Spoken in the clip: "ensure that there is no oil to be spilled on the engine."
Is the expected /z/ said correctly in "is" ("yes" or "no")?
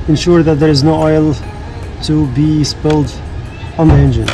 yes